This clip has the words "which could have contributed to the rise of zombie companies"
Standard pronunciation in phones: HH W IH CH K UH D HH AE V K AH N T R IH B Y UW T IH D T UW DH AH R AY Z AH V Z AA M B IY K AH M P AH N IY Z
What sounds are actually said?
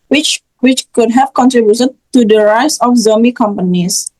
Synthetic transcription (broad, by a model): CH W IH CH K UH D HH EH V K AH N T R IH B Y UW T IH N T UW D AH R AY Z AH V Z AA M IY K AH M P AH N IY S